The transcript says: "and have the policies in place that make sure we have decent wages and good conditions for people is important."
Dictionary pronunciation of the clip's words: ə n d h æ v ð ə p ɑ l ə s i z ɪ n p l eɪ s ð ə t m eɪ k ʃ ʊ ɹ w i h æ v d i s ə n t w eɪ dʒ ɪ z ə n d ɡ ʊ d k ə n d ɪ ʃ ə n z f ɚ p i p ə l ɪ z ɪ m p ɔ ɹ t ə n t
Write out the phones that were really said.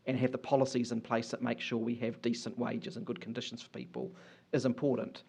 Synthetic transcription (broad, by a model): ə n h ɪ v ð ə p ɑ l ə s i z ɪ n p l eɪ s ð ə t m eɪ k ʃ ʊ ɹ w i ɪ v d i s ə n t w eɪ dʒ ɪ z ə n ɡ ʊ d k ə n d ɪ ʃ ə n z f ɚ p i p ə l ɪ z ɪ m p ɔ ɹ t n t